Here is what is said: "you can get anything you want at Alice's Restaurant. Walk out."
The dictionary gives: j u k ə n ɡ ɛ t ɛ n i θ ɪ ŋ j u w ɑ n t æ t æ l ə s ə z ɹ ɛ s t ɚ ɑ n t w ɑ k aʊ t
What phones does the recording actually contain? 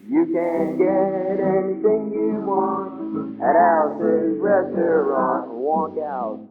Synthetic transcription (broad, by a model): j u k ə n ɡ ɛ t ɛ n i θ ɪ ŋ j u w ɑ n t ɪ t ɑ ə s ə ɹ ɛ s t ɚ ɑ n w ɑ k aʊ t